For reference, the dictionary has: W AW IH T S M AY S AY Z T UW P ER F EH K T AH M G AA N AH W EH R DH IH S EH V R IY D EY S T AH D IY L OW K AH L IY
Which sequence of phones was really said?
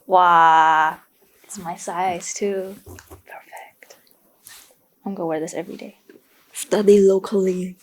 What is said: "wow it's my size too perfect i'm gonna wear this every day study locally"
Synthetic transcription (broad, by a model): W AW IH T S M AY S AY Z T UW P ER F EH K T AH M G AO AH W EH R DH IH S EH V R IY D EY S T AH D IY L OW K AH L IY